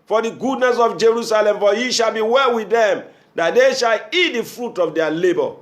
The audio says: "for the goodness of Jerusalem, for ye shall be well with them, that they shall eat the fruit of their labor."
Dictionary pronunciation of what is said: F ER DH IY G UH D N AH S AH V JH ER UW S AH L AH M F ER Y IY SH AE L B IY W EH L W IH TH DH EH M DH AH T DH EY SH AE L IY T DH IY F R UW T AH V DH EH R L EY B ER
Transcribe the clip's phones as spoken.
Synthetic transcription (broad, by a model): F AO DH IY G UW D N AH S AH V JH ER UW S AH L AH M F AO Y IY SH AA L B IY W EH L W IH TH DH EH M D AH T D EY SH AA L IY T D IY F R UW T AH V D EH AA L EY B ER